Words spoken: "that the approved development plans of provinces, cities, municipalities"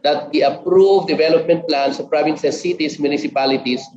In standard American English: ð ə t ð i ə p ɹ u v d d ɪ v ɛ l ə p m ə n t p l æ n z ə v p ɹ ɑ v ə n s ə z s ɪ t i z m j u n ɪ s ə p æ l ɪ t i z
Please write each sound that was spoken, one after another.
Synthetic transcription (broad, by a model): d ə t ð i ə p ɹ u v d d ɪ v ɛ l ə p m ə n t p l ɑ n s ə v p ɹ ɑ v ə n s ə s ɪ t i s m j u n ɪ s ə p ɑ l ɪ t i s